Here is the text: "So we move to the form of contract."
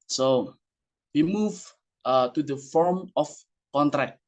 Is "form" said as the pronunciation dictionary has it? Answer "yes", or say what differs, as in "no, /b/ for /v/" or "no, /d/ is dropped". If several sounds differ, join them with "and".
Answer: yes